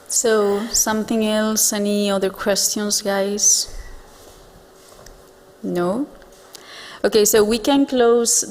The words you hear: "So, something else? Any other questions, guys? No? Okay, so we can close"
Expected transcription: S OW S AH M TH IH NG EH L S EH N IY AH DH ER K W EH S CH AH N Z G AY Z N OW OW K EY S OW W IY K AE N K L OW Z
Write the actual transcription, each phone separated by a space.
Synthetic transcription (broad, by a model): S OW S AH M TH IH NG EH L S EH N IY AH DH ER K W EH S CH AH N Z G AY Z N OW OW K EY S OW W IY K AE N K L OW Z